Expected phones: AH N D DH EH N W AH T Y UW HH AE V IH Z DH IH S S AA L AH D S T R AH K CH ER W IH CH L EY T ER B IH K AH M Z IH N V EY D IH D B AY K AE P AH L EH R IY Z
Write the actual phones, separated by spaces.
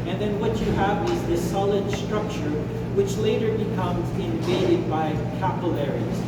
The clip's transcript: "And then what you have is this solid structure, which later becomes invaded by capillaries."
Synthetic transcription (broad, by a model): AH N DH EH N W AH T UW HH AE V IH Z DH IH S S AA L AH D S T R AH K CH ER W IH CH L EY T ER B IH K AH M Z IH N V EY D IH D B AY K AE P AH L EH R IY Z